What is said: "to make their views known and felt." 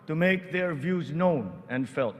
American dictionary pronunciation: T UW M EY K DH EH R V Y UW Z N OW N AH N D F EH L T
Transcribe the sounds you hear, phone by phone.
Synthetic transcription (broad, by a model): T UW M EY K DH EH R V Y UW Z N OW N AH N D F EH L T